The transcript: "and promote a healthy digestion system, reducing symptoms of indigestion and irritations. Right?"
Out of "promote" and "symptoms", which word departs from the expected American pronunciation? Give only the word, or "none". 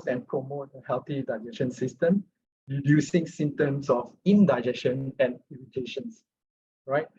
symptoms